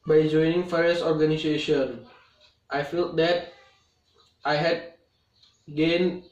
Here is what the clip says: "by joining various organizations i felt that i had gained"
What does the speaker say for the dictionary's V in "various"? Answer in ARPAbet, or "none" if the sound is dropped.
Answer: F